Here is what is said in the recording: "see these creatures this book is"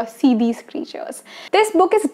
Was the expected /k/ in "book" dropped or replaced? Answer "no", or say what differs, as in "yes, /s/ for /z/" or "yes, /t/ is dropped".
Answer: no